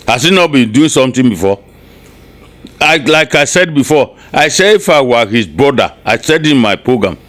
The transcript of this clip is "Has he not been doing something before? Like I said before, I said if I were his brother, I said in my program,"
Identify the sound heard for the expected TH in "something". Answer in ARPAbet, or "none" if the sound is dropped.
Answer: T